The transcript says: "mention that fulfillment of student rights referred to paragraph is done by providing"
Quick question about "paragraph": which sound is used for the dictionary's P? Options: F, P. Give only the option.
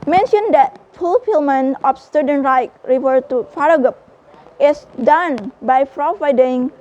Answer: F